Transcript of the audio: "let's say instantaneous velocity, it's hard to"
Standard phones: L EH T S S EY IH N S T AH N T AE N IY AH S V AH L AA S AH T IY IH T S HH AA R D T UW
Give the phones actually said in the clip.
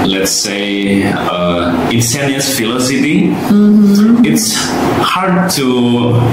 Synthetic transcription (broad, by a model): L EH T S S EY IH N S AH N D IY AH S F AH L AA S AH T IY IH T S HH AA R D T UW